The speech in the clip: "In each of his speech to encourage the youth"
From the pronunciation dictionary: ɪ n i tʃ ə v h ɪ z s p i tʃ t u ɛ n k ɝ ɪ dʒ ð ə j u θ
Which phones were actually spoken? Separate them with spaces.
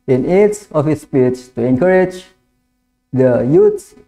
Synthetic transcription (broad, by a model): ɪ n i s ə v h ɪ s p i tʃ t u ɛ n k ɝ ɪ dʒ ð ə j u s